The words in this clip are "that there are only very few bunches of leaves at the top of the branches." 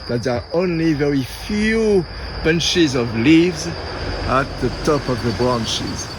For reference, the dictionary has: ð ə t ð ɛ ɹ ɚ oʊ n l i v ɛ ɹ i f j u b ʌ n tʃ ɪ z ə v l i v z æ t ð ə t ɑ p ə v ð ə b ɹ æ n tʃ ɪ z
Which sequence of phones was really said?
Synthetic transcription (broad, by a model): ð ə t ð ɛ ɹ oʊ n l i v ɛ ɹ i f j u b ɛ n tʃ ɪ z ə v l i v z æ t ð ə t ɑ p ə v ð ə b ɹ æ n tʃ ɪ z